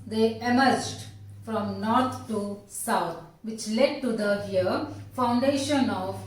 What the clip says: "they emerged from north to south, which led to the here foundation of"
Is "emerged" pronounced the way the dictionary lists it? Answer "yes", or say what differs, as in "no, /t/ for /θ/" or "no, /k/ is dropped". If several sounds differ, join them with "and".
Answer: yes